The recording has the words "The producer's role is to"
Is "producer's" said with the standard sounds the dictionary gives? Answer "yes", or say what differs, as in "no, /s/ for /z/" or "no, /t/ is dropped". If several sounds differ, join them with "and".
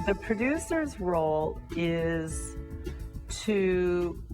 yes